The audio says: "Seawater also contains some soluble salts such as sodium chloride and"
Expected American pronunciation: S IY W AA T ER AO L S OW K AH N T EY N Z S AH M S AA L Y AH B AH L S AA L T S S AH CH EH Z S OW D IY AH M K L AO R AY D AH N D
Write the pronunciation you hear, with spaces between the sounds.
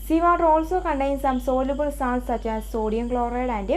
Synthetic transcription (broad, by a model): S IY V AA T AO L S OW K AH N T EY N S AH M S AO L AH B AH L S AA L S S AH CH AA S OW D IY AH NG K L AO R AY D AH N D